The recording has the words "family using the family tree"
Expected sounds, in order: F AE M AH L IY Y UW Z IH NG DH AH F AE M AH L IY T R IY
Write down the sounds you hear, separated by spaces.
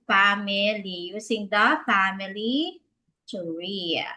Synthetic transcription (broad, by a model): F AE M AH L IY Y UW S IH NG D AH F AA M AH L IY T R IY